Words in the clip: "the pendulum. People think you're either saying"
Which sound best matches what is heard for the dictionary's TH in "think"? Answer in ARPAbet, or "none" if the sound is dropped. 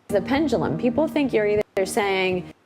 TH